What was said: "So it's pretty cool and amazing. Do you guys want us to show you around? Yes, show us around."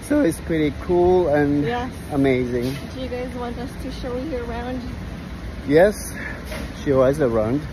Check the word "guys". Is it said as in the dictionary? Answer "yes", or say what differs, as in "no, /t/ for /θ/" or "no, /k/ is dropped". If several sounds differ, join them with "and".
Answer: yes